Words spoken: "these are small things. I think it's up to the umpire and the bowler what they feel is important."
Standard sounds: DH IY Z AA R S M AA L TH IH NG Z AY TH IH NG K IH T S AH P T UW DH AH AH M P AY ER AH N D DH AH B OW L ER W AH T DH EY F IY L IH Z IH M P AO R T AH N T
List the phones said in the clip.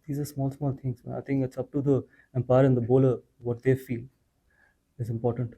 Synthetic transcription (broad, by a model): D IY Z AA L S M AA L T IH NG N AY T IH NG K IH T S AH P T UW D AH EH M P AY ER AH N D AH B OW L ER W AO T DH EY F IY L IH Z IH M P AO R T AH N T